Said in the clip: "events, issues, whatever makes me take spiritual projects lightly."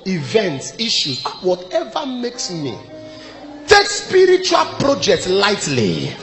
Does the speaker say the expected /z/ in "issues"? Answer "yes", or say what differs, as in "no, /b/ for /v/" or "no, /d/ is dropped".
no, /z/ is dropped